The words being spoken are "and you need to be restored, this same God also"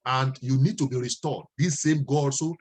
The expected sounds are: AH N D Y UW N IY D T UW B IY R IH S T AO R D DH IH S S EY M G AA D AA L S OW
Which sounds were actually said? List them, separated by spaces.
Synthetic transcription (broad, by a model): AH N D Y UW N IY D T UW B IY R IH S T AO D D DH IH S S EY M G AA AA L S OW